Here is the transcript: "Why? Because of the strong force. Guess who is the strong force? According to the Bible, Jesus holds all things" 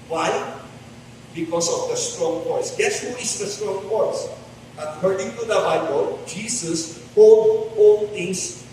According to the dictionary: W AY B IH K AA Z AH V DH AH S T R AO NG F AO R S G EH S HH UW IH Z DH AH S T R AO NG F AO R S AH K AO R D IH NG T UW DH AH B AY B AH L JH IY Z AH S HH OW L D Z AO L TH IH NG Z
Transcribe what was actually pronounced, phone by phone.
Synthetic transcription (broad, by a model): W AY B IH K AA S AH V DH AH S T R AO NG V AO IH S G EH S HH UW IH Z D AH S T R AO NG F AO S AH K AO R D IH NG T UW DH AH B AY B AH L JH IY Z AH S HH OW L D AO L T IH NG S